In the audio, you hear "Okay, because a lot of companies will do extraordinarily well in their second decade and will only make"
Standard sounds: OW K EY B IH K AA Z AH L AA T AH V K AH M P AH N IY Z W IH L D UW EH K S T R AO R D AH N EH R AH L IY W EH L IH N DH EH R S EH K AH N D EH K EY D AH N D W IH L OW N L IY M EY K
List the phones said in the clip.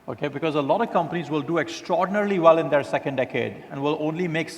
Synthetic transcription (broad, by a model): OW K EY B IH K AA Z AH L AA T AH V K AH M P AH N IY Z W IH L D UW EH K S T R AO R D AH N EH R L IY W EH L IH N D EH R S EH K AH N D EH K EY D AH N D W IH L OW N L IY M EY K